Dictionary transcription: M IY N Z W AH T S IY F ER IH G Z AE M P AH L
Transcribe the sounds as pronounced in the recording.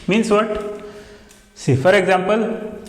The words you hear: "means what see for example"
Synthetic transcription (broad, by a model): M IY N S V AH T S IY F ER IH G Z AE M P AH L